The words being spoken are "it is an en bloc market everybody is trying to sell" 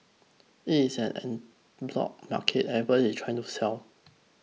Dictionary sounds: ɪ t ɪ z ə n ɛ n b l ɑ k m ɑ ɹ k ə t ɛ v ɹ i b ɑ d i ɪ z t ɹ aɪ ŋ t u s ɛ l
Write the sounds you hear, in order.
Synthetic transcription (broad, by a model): ɪ t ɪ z ə n ɛ n b l ɑ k m ɑ k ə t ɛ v i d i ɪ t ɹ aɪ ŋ t u s ɛ l